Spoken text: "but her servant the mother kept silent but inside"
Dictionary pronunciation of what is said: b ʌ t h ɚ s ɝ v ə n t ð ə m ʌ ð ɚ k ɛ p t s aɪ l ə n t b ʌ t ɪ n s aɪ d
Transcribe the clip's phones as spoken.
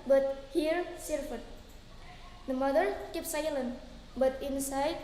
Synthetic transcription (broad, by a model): b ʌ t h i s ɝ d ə t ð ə m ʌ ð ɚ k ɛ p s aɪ l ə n b ʌ t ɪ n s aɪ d